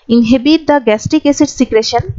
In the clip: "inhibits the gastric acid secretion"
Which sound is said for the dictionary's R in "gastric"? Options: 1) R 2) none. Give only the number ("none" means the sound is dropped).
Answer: 2